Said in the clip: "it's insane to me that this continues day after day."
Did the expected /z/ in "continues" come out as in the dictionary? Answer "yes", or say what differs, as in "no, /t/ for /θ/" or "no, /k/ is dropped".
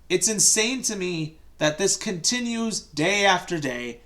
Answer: yes